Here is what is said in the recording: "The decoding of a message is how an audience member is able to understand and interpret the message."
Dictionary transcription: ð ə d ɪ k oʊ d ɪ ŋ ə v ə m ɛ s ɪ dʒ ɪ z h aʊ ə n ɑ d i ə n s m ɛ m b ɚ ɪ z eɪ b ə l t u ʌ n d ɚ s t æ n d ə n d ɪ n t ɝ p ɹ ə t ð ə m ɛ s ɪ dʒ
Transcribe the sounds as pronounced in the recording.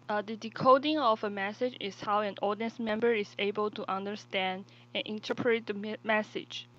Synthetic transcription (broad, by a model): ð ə d ɪ k oʊ d ɪ ŋ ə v ə m ɛ s ɪ dʒ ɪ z h aʊ ə n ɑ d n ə s m ɛ m b ɚ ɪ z eɪ b ə l t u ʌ n d ɚ s t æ n d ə n ɪ n t ɝ p ɹ ə t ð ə m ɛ s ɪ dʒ